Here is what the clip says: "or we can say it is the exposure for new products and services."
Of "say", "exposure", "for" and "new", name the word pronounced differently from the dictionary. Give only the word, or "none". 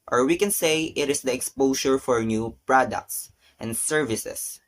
exposure